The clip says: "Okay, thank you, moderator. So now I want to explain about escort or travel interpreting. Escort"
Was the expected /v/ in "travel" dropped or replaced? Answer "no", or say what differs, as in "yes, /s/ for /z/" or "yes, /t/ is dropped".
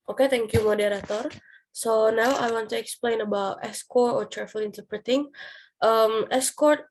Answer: yes, /f/ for /v/